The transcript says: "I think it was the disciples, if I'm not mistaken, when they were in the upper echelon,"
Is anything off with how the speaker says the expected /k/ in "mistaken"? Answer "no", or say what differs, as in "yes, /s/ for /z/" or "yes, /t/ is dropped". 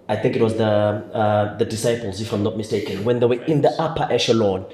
no